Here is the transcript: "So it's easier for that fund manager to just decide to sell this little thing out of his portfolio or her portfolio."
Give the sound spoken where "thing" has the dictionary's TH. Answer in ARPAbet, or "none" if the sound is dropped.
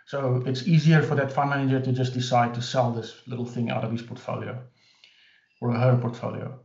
TH